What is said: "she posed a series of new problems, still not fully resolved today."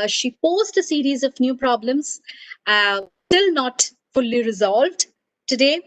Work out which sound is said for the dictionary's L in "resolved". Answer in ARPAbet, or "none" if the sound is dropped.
L